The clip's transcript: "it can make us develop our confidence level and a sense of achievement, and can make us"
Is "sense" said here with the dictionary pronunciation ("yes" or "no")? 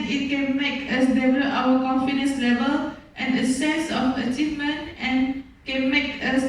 no